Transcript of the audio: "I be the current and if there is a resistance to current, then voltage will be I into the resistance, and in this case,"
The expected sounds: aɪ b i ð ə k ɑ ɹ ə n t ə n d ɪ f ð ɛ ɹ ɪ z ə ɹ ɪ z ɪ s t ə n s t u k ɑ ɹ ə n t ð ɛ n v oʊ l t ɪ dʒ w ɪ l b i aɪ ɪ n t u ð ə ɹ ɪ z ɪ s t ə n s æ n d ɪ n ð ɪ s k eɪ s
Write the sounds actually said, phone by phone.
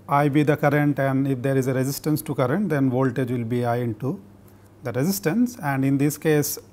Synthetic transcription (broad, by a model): aɪ b i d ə k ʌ ɹ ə n t ə n d ɪ f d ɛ ɹ ɪ z ə ɹ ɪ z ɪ s t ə n s t u k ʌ ɹ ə n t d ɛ n v oʊ l t ɪ dʒ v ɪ l b i aɪ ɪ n t u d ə ɹ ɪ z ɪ s t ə n s æ n d ɪ n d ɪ s k eɪ s